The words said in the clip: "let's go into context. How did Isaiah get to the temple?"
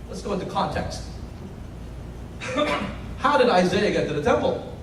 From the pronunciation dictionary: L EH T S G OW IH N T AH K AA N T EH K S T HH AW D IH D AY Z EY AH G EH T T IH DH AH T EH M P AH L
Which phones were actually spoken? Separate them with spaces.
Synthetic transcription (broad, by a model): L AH T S G OW IH N T AH K AA N T EH K S T HH AW D IH D AY Z EY AH G EH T T IH DH AH T EH M P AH L